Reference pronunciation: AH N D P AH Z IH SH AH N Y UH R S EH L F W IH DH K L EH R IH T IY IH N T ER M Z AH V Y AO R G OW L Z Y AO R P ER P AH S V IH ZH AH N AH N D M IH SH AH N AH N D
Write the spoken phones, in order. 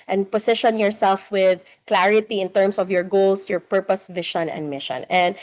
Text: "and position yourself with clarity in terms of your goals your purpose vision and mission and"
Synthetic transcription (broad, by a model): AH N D P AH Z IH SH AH N Y UH R S EH L F W IH DH K L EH R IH T IY IH N T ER M S AH V Y AO R G OW L S Y AO R P ER P AH S V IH SH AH N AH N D M IH SH AH N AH N D